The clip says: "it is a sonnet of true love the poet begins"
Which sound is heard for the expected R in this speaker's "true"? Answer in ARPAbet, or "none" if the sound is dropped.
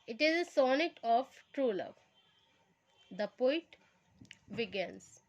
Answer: R